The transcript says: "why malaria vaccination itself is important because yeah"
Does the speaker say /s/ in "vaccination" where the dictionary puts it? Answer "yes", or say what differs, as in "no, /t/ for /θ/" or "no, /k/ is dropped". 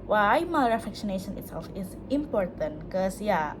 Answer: no, /ʃ/ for /s/